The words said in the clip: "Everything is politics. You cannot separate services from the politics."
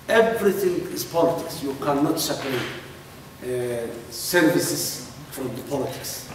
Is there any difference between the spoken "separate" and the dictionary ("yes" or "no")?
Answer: yes